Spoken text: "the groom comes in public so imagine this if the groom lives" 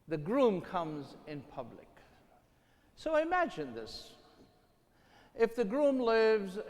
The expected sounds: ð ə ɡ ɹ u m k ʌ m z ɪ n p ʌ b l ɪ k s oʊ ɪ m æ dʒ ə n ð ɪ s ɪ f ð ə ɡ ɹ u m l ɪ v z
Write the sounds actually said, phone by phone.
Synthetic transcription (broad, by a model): ð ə ɡ ɹ u m k ʌ m z ɪ n p ʌ b l ɪ k s oʊ ɪ m æ dʒ ə n ð ɪ s ɪ f ð ə ɡ ɹ u m l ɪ v z